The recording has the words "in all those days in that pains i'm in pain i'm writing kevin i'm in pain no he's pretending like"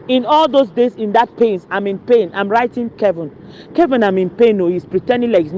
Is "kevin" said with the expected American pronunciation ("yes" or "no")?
yes